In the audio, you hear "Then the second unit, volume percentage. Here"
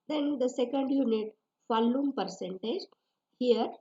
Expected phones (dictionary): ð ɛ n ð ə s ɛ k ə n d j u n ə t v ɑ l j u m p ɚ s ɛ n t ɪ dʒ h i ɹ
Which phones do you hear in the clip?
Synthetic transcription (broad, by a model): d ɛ n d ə s ɛ k ə n d j u n ə t f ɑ l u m p ɚ s ɛ n t ɪ dʒ h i ɹ